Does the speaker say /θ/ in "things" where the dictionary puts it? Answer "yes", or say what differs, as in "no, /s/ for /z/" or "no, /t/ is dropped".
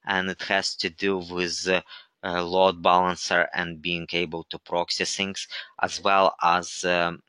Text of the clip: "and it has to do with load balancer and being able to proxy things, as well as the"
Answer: no, /s/ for /θ/